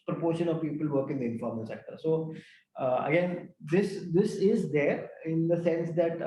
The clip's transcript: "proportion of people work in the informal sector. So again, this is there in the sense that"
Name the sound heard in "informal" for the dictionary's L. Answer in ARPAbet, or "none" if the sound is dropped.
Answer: N